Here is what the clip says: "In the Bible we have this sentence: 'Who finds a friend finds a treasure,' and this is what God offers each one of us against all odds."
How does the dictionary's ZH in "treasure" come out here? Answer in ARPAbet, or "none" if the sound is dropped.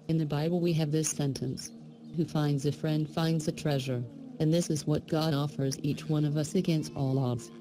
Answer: ZH